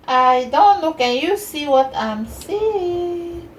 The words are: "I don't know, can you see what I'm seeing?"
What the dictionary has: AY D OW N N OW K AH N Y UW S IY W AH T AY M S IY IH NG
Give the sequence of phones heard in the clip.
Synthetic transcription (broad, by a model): AY D OW N L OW K AH N Y UW S IY W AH T AY M S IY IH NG